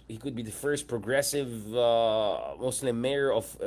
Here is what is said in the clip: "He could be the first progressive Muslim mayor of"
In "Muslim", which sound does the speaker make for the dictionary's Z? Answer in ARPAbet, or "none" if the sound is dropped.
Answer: S